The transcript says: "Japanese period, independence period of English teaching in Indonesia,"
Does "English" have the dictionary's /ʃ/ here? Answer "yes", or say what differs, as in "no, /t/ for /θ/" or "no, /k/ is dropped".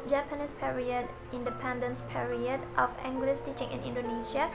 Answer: no, /s/ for /ʃ/